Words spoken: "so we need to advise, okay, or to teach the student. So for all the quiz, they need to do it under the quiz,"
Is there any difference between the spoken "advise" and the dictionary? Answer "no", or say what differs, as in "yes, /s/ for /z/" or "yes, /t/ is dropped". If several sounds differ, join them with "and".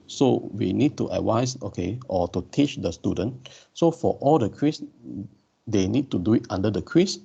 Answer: yes, /w/ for /v/